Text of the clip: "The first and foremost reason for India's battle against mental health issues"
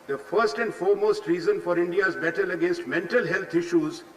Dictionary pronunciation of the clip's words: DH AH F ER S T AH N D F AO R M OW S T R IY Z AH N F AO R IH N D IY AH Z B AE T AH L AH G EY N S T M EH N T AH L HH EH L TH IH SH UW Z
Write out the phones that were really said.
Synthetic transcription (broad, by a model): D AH F ER S T AH N D F AO R M OW S T R IY Z AH N F AO R IH N D IY AH Z B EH T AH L AH G EY N S T M EH N T AH L HH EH L T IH SH UW Z